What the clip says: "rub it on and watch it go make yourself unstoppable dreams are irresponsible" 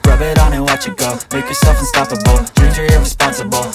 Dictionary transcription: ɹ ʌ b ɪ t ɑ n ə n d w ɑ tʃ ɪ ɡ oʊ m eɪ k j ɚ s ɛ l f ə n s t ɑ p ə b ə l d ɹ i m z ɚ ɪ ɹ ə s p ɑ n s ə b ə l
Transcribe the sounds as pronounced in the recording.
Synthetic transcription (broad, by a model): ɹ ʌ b ɪ t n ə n w ɑ tʃ ɪ ɡ oʊ m eɪ k j ɚ s ɛ l f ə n s t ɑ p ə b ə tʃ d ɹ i z ɚ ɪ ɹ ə s p ɑ n s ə b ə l